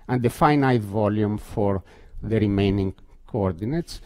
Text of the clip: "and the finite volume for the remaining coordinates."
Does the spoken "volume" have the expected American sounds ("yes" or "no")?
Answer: yes